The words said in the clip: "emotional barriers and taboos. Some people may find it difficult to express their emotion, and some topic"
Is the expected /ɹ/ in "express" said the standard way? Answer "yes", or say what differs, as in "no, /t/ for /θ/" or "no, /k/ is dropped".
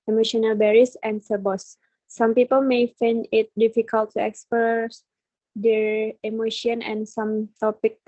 no, /ɹ/ is dropped